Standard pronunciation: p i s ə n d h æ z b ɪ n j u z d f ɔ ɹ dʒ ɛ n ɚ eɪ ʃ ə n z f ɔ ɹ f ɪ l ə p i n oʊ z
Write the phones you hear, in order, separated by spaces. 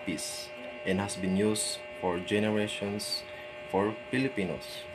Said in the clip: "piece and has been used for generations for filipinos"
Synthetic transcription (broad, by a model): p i s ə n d h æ s b ɪ n j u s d f ɔ ɹ dʒ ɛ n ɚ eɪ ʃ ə n s f ɔ ɹ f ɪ l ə p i n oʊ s